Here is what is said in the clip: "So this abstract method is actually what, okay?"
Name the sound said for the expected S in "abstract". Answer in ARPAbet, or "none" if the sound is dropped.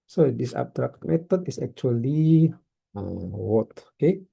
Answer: none